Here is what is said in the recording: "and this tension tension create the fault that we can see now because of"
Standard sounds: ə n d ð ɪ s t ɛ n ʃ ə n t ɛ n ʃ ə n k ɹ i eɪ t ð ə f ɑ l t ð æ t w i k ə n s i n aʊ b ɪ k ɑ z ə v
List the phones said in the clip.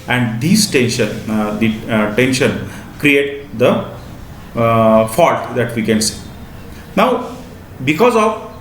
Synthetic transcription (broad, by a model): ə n d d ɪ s t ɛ n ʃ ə n t ɛ n ʃ ə n k ɹ i eɪ t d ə f ɑ l t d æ t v i k ə n s i n aʊ b ɪ k ɑ z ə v